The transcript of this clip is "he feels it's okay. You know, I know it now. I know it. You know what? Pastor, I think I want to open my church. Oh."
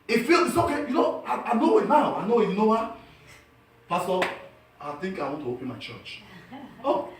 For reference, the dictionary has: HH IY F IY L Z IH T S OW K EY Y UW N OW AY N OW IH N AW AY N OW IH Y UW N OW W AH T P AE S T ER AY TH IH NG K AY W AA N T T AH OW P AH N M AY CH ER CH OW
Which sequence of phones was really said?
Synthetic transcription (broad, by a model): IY F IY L IH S OW K EY Y UW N OW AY N OW IH N AW AY N OW IH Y N OW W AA P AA S T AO AY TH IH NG K AY W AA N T T AH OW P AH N M AY CH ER CH OW